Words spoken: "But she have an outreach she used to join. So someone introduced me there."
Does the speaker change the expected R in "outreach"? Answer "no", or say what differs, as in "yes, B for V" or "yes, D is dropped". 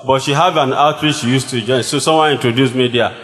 yes, W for R